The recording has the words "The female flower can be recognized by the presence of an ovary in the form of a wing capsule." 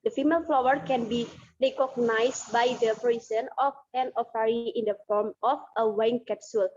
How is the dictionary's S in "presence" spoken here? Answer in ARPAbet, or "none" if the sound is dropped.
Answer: none